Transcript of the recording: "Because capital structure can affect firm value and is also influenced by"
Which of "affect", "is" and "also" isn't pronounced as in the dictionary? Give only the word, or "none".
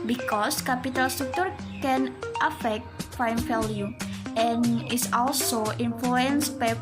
is